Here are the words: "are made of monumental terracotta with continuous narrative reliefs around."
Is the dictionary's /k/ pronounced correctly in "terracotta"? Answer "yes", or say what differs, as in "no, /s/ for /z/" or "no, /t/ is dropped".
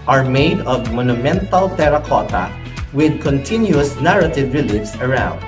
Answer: yes